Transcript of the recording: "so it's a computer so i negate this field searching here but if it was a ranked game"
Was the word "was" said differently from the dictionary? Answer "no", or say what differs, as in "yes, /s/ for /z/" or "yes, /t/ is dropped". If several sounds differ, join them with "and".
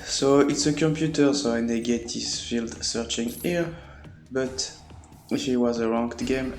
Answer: no